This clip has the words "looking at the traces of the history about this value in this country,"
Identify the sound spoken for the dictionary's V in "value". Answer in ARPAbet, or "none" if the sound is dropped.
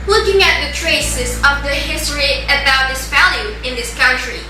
F